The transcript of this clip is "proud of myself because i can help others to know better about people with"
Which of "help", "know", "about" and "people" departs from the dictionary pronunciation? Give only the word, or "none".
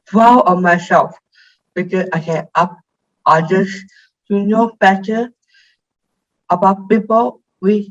help